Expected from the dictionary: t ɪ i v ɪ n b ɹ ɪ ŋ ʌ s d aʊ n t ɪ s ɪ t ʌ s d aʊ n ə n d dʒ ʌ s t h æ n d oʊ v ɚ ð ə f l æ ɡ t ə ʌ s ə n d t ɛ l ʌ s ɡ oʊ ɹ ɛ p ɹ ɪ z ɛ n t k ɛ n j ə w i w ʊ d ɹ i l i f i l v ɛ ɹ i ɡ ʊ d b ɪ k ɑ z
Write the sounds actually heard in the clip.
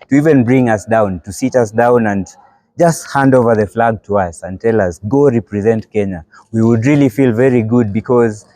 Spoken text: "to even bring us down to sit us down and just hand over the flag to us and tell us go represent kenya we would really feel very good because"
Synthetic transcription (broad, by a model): t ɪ i v ɪ n b ɹ ɪ ŋ ʌ s d aʊ n t ɪ s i t ʌ s d aʊ n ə n dʒ ʌ s t h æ n d oʊ v ɚ ð ə f l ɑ ɡ t ə ʌ s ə n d t ɛ l ʌ s ɡ oʊ ɹ ɛ p ɹ ɪ z ɛ n t k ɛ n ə w i w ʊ d ɹ i l i f i l v ɛ ɹ i ɡ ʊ d b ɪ k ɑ z